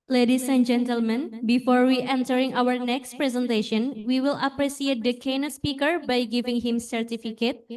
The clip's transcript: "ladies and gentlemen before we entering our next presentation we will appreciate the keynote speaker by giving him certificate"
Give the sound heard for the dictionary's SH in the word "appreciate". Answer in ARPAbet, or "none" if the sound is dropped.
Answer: S